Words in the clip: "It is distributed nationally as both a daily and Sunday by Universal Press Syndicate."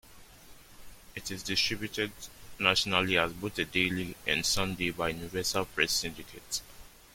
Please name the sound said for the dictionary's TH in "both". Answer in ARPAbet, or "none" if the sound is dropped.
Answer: T